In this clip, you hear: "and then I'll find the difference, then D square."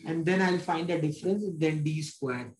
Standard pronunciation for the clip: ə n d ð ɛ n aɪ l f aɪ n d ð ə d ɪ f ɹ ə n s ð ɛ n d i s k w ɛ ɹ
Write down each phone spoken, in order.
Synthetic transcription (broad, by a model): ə n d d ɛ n aɪ l f aɪ n d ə d ɪ f ɹ ə n s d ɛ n d i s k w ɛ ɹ